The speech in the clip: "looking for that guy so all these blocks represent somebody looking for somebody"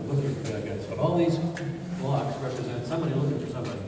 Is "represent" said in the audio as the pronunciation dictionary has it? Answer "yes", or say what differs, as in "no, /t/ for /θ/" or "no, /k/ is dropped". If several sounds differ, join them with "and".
yes